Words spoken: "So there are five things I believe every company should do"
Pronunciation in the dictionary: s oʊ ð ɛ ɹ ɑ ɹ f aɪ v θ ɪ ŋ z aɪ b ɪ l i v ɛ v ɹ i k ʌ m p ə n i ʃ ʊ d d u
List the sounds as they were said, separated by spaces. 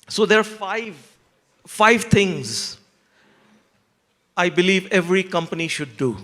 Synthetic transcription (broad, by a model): s oʊ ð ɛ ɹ ɑ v f aɪ v t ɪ ŋ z aɪ b ɪ l i v ɛ v ɹ i k ʌ m p ə n i ʃ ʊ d d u